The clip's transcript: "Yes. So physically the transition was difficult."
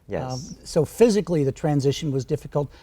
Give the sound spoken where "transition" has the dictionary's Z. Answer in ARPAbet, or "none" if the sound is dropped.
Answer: Z